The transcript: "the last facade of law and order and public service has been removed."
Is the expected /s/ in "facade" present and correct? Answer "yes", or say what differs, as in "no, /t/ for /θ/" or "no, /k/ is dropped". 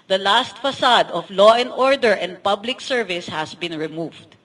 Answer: yes